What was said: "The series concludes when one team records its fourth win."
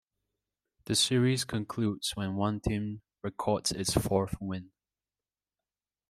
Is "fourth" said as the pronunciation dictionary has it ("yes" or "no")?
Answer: yes